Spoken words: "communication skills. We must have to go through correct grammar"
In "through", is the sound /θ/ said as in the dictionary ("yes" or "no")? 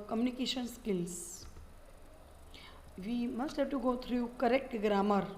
no